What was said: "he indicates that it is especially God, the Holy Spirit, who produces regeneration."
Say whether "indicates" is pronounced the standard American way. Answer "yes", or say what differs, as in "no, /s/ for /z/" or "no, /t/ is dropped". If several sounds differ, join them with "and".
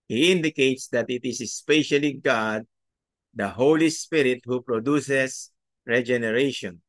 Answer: yes